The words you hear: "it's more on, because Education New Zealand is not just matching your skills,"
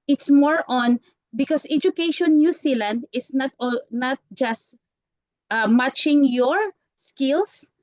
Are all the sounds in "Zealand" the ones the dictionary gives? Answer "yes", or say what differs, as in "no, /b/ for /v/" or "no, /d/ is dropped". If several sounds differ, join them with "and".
no, /s/ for /z/